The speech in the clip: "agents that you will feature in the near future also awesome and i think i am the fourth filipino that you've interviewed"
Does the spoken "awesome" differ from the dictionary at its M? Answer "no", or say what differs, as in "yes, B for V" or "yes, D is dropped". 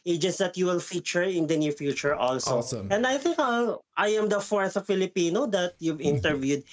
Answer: yes, M is dropped